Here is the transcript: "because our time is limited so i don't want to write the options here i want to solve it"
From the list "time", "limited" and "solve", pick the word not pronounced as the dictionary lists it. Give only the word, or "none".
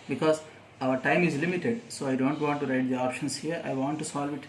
none